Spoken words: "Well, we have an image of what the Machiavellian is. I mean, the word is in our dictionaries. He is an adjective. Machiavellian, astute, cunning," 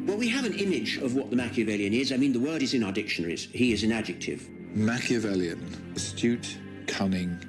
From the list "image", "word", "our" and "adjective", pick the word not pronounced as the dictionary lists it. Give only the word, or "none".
none